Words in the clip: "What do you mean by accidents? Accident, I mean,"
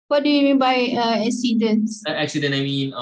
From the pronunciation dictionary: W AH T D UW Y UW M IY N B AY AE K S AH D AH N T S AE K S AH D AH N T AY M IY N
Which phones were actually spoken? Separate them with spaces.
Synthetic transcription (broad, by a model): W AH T D UW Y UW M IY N B AY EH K S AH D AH N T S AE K S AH D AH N AY M IY N